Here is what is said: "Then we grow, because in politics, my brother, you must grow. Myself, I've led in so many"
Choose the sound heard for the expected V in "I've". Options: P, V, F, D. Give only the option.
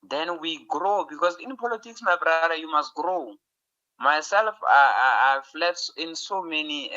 F